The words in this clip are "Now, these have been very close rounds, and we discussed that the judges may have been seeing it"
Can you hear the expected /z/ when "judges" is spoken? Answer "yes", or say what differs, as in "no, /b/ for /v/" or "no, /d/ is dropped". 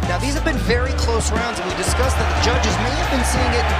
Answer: yes